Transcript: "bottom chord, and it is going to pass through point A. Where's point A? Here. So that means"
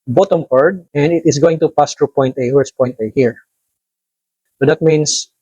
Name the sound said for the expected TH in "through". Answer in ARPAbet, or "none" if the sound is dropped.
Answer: T